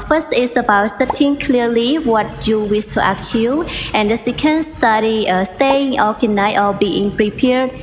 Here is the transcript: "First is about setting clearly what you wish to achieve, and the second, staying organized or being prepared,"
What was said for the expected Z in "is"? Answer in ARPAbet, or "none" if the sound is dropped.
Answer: S